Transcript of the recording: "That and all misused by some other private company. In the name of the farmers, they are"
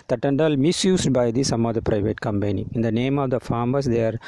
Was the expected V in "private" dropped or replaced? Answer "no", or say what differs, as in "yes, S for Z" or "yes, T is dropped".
no